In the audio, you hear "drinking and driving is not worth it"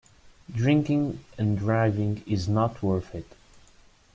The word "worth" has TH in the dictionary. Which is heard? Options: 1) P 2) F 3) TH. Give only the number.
2